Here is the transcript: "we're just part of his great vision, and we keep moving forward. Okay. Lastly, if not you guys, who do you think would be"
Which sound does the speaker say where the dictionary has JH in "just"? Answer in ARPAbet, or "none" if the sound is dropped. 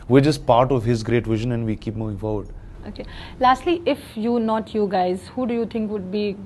CH